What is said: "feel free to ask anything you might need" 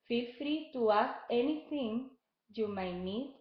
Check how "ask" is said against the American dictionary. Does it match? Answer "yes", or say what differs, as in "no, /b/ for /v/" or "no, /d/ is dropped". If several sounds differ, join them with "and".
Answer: no, /k/ is dropped